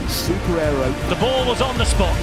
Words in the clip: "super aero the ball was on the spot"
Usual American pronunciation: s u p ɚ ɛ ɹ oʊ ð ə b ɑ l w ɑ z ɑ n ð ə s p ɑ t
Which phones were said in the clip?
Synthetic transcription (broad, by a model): s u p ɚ ɛ ɹ oʊ ð ə b ɑ l w ɑ z n ð ə s p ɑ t